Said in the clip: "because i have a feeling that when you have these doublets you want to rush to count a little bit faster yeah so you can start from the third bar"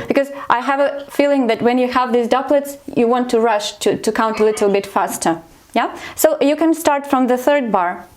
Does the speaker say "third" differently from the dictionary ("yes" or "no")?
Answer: no